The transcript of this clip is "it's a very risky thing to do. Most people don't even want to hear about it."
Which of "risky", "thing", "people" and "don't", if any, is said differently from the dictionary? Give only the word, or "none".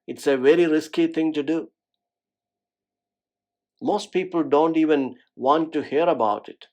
thing